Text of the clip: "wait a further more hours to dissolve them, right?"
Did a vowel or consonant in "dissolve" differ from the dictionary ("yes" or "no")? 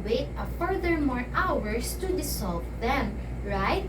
yes